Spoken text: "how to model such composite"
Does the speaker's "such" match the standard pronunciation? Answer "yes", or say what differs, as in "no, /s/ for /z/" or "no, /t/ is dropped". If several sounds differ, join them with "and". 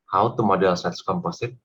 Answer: no, /s/ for /tʃ/